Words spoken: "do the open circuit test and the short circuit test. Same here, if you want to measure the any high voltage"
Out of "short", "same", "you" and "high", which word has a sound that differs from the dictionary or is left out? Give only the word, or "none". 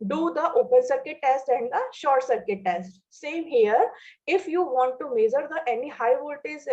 none